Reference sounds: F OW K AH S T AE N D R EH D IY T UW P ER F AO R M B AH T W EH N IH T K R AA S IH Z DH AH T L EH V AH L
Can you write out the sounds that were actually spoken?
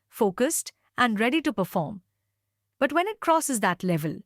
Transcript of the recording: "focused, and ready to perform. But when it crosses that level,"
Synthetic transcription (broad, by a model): F OW K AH S T AE N D R EH D IY T UW P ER F AO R M B AH T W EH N IH T K R AA S IH Z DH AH T L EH V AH L